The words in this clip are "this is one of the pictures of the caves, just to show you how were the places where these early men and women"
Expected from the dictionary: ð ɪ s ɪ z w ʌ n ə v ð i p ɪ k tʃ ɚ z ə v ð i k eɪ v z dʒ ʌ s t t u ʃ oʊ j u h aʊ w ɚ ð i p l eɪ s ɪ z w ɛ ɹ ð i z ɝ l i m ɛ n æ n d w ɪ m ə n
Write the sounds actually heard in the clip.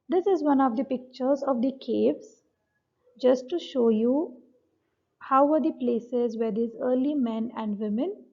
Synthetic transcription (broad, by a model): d ɪ s ɪ z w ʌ n ə v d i p ɪ k tʃ ɚ z ə v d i k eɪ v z dʒ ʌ s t t u ʃ oʊ j u h aʊ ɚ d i p l eɪ s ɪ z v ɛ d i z ɝ l i m ɛ n æ n d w ɪ m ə n